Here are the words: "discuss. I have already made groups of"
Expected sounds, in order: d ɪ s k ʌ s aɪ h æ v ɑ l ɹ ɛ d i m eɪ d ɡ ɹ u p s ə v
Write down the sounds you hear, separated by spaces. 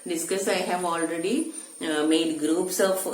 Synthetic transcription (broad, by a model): d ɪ s k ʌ s aɪ h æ v ɑ l ɹ ɛ d i m eɪ d ɡ ɹ u p s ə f